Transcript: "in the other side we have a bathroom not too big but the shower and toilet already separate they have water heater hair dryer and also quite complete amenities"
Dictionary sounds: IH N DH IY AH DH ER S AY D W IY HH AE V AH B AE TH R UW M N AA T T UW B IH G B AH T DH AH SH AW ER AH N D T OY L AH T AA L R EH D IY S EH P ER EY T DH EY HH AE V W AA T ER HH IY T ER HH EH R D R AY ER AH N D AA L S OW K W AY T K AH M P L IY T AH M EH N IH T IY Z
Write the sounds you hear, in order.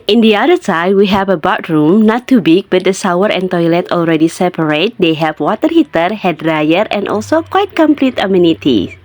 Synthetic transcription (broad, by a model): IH N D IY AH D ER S AY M W IY HH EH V AH B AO T R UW M N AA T T UW B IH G B AH T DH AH S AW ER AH N T OY L AH T AA L R EH D IY S EH P ER EY T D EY HH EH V W AA T ER HH IY T ER HH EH D R AY ER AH N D AA L S OW K W AY T K AH M P L IY T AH M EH N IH T IY